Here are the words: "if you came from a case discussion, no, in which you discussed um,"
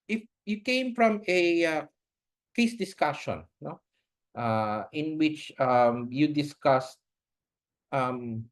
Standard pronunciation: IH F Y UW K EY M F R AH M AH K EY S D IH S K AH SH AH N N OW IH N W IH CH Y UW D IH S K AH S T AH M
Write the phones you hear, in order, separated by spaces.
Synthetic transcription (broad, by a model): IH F Y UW K EY M F R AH M AH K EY S D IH S K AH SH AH N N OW IH N W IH CH Y UW D IH S K AH S T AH M